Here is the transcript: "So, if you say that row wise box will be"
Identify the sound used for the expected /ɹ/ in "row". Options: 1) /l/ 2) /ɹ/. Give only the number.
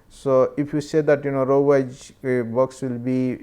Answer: 2